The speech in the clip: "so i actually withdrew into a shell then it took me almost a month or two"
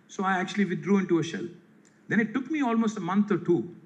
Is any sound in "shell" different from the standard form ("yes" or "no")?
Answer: no